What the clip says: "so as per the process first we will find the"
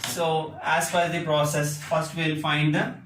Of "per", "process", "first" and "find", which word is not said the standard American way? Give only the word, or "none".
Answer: per